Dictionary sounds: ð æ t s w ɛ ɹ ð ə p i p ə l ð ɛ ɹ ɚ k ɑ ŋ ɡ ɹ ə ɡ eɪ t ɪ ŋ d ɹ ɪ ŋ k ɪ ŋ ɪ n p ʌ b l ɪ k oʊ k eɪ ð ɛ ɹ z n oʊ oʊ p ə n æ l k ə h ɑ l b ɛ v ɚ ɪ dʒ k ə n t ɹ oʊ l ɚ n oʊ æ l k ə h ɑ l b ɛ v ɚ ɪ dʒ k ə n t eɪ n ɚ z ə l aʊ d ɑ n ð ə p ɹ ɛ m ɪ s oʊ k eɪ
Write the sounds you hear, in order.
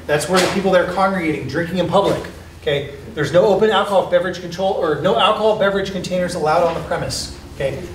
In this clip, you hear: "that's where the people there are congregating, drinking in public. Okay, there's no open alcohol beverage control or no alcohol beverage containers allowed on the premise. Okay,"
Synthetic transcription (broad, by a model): ð æ t s w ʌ ɹ ð ə p i p l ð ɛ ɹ ɚ k ɑ ŋ ɡ ɹ ə ɡ eɪ t ɪ ŋ d ɹ ɪ ŋ k ɪ ŋ ɪ n p ʌ b l ɪ k oʊ k eɪ ð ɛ ɹ z n oʊ oʊ p ə n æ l k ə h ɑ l b ɛ v ɚ ɪ dʒ k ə n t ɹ oʊ l ɚ n oʊ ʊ l k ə h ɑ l b ɛ v ɚ ɪ dʒ k ə n t eɪ n ɚ z ə l aʊ d n ð ə p ɹ ɛ m ɪ s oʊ k eɪ